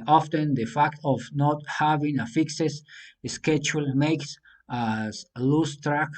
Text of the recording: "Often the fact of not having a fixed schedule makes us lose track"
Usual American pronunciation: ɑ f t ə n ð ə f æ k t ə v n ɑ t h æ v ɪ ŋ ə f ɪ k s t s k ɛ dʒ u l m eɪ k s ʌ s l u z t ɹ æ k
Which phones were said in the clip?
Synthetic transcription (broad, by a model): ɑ f t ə n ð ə f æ k t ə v n ɑ t h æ v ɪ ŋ ə f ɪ k s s s k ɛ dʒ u l m eɪ k s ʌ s l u s t ɹ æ k